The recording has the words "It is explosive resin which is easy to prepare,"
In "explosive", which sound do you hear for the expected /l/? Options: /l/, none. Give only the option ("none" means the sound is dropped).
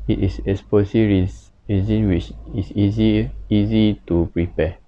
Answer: none